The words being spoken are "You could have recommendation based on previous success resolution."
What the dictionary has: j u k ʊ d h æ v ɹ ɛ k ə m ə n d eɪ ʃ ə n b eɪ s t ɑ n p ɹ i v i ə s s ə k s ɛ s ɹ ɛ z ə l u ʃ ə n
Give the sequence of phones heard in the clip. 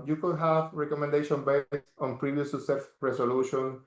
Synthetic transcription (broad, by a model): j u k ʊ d h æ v ɹ ɛ k ə m ə n d eɪ ʃ ə n b eɪ s t ɑ n p ɹ i v i ə s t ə s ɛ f ɹ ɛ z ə l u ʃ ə n